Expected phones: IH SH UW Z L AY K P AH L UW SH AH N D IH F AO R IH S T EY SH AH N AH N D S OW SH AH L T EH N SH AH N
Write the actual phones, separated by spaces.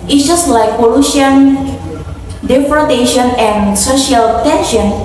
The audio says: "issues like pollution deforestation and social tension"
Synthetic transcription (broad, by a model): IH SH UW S L AY K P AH L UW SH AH N D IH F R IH T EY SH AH N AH N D S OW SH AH L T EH N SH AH N